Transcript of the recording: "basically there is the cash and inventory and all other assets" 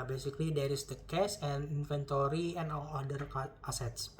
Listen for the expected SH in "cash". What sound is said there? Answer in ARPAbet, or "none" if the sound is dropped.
S